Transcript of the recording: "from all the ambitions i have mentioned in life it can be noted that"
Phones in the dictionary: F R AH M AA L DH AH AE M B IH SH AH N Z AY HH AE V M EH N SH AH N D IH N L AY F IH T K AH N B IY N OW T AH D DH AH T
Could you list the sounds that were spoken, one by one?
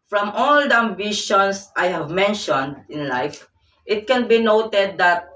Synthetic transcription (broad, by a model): F R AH M AA L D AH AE M B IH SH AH N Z AY HH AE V M EH N SH AH N D IH N L AY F IH T K AH N B IY N OW T AH D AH T